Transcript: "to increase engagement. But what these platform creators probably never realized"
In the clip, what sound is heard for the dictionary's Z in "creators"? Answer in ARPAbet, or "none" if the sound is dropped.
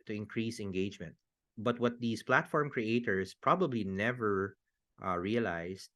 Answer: S